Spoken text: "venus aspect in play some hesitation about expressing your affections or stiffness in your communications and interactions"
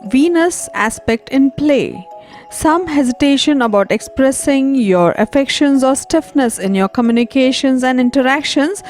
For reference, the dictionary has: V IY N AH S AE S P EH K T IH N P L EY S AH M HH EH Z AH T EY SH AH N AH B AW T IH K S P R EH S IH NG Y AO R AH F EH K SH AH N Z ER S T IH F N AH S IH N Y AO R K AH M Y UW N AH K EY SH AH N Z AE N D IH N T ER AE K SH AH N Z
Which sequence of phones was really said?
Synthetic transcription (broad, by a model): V IY N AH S AE S P EH K T IH N P L EY S AH M HH EH Z AH T EY SH AH N AH B AW T IH K S P R EH S IH NG Y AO R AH F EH K SH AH N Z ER S T IH F N AH S IH N Y AO R K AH M Y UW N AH K EY SH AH N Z AE N D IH N T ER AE K SH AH N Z